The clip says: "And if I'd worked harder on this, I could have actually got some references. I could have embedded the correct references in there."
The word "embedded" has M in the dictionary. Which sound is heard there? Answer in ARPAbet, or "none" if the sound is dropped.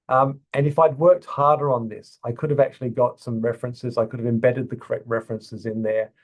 M